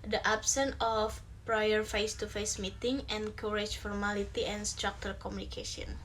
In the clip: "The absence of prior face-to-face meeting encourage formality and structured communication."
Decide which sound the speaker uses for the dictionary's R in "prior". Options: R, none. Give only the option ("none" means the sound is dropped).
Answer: R